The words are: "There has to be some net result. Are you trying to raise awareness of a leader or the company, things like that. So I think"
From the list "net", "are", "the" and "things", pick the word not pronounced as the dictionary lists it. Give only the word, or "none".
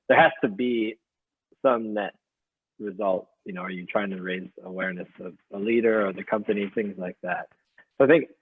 none